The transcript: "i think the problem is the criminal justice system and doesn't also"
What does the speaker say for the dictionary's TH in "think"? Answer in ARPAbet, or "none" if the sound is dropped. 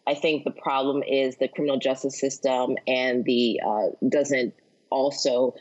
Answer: TH